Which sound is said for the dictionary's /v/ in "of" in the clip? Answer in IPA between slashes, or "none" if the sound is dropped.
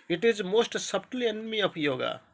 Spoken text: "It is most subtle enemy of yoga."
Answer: /p/